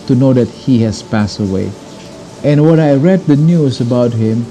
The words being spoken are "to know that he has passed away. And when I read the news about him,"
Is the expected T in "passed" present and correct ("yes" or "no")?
yes